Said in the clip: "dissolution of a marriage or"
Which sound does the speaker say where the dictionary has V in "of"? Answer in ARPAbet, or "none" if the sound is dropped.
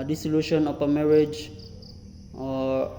P